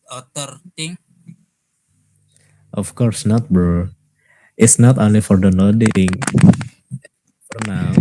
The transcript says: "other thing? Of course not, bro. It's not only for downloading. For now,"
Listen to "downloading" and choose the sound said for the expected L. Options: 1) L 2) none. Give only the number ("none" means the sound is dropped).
2